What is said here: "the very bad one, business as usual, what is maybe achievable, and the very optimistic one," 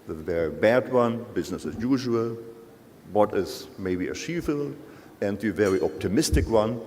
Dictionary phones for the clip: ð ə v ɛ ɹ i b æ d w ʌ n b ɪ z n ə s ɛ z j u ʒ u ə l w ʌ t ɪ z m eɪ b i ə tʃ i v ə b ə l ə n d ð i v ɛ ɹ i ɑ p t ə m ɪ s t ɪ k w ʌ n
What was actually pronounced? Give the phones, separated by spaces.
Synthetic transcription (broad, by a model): ð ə v ɛ ɹ i b æ d w ʌ n b ɪ z n ə s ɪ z j u ʒ u ə l w ʌ t ɪ z m eɪ b i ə ʃ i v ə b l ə n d ð i v ɛ ɹ i ɑ p t ə m ɪ s t ɪ k w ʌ n